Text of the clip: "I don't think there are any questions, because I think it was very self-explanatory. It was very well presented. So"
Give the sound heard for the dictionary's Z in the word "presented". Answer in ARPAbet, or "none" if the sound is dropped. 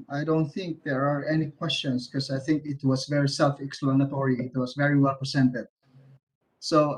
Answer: S